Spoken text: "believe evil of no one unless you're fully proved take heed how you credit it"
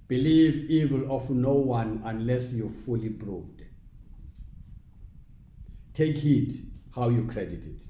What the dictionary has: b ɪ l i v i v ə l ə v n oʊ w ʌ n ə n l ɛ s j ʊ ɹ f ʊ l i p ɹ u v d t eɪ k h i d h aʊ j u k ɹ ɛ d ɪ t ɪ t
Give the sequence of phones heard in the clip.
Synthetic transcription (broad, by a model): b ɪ l i v i v ə l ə f n oʊ w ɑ n ə n l ɛ s j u f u l i b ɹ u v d t eɪ k h i d h aʊ j u k ɹ ɛ d ɪ t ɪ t